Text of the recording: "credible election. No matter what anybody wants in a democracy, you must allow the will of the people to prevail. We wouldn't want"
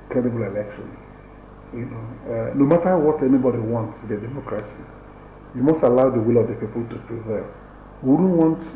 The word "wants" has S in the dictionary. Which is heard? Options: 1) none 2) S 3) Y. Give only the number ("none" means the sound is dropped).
2